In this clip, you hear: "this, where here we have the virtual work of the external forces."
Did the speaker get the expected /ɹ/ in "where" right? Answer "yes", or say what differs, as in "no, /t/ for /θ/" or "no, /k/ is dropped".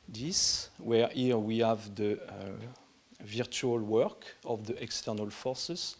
yes